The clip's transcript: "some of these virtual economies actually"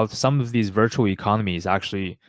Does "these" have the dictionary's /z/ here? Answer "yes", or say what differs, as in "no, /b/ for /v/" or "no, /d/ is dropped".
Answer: yes